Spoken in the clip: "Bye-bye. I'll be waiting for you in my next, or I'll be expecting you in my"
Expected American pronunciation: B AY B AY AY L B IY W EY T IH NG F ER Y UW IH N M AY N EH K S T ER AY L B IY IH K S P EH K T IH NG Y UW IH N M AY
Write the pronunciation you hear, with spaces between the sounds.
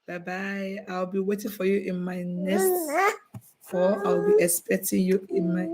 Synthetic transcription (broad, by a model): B AY B AY AY L B IY W EY T IH NG F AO Y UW IH N M AY N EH S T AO AY W B IY IH K S P EH K T IH NG Y UW IH N M AY